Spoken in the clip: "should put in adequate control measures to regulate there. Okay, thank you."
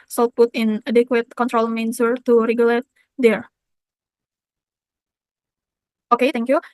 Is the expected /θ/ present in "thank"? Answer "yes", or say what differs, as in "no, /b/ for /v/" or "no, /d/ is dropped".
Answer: no, /t/ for /θ/